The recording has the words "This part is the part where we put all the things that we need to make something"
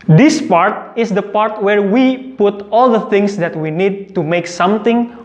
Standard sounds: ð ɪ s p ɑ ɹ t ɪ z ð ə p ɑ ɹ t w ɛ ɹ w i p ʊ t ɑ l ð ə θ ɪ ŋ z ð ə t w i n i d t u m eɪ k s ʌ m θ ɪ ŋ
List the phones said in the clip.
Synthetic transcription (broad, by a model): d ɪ s p ɑ ɹ t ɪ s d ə p ɑ ɹ t w ɛ ɹ w i p ʊ t ɑ l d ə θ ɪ ŋ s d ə t w i n i d t u m eɪ k s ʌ m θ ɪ ŋ